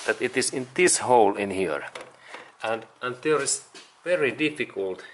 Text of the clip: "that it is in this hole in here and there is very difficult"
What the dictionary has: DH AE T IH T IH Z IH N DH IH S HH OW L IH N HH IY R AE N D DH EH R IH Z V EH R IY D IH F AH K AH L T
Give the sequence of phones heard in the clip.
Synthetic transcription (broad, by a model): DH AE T IH T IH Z IH N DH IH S HH OW L IH N HH IY R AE N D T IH L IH S V EH R IY D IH F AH K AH L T